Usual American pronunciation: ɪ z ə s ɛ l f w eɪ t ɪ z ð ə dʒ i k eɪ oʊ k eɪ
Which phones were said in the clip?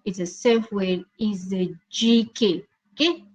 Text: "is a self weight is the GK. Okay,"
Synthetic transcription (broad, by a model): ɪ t ə s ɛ f w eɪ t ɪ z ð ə dʒ i k eɪ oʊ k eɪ